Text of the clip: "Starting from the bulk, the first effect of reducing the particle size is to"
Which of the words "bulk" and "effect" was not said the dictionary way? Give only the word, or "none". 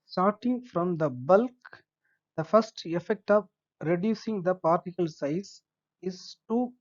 none